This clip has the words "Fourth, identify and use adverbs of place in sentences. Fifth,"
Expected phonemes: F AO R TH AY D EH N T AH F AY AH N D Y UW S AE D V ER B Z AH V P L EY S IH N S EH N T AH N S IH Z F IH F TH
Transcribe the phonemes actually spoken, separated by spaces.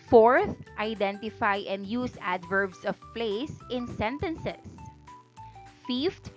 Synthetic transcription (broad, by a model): F AO R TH AY D EH N T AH F AY AH N D Y UW S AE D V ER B S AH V P L EY S IH N S EH N T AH N S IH S F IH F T